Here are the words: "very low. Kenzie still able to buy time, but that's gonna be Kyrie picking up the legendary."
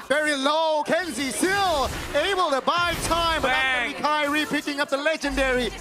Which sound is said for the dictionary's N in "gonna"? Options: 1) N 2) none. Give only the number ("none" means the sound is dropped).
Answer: 2